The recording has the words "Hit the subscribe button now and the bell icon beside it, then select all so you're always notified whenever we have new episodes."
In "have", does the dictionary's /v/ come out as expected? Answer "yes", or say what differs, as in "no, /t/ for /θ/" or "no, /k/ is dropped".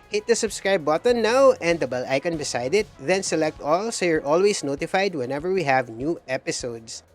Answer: yes